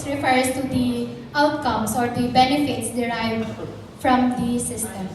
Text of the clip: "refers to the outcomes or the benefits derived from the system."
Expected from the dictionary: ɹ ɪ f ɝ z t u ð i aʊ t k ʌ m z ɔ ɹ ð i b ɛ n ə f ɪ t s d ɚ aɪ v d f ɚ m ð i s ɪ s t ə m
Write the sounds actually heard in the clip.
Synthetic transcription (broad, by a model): ɹ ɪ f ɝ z t u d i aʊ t k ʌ m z ɔ ɹ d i b ɛ n ə f ɪ t s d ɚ aɪ f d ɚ m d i s ɪ s t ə m